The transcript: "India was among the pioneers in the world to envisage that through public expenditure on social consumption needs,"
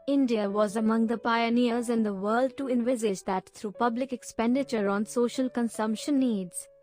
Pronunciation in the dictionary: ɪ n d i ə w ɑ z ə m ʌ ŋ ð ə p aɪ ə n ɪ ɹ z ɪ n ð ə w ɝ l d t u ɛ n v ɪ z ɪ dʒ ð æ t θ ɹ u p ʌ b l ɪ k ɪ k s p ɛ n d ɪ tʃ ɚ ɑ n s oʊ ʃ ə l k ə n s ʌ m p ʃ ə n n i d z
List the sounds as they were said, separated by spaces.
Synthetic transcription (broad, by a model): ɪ n d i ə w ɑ z ə m ʌ ŋ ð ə p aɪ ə n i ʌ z ɪ n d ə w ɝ l d t u ɛ n v ɪ z ɪ dʒ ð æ t t ɹ u p ʌ b l ɪ k ɪ k s p ɛ n d ɪ tʃ ɚ ɑ n s oʊ ʃ ə l k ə n s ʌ m p ʃ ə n n i d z